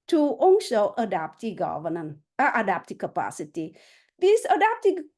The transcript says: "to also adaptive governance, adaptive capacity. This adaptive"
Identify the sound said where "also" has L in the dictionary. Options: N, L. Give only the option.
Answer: N